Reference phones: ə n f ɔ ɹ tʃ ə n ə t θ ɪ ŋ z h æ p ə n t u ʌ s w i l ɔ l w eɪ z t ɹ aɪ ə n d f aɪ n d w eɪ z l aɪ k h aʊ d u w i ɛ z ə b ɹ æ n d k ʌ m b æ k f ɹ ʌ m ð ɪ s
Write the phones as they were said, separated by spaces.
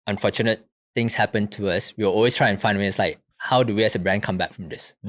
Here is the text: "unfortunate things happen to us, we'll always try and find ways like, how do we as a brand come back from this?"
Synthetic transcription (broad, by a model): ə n f ɔ tʃ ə n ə t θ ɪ ŋ s h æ p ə n t u ʌ s w i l ɔ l w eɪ s t ɹ aɪ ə n f aɪ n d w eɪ s l aɪ k h aʊ d u w i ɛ s ə b ɹ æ n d k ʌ m b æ k f ɹ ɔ m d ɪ s